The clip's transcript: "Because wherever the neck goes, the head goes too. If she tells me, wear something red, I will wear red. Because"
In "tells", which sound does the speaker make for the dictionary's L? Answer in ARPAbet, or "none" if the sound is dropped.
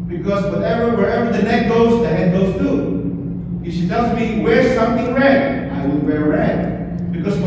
none